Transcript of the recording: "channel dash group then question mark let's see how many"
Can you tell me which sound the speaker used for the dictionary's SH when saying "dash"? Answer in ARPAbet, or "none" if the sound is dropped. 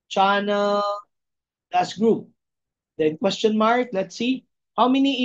S